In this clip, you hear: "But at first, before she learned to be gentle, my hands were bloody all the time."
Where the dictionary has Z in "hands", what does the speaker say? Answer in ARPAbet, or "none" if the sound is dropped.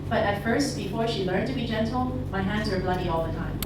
Z